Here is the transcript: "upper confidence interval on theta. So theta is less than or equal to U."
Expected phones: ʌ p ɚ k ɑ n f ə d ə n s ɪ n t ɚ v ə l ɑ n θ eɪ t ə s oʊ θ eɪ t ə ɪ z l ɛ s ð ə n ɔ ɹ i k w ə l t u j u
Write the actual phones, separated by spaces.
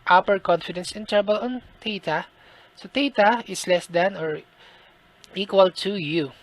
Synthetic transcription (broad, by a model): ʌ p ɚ k ɑ n f ə d ə n s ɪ n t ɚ b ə l ɑ n t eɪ t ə s oʊ t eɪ t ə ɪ s l ɛ s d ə n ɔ ɹ i k w ə l t u j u